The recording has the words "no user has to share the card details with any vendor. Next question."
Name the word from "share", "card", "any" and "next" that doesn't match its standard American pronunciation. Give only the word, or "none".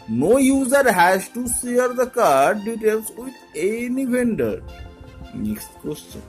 share